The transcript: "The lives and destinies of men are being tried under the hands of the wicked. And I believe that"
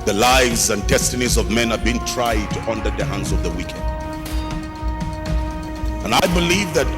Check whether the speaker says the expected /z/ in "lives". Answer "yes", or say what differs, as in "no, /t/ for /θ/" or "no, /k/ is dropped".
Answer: yes